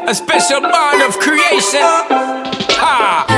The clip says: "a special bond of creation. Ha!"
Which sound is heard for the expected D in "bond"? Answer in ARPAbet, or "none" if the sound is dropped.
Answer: none